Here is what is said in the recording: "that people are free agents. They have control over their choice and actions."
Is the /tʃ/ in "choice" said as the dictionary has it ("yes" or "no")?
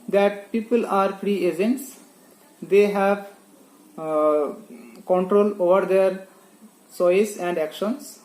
no